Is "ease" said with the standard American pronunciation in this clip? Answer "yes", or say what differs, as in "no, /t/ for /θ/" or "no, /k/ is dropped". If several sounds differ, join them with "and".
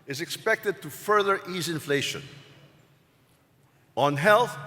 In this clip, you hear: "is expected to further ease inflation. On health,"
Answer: yes